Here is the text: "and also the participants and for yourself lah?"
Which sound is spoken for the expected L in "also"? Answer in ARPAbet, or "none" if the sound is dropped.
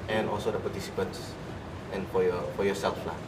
L